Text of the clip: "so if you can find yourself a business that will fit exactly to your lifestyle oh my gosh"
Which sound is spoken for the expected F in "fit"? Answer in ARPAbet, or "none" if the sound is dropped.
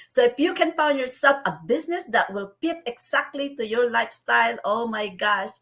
P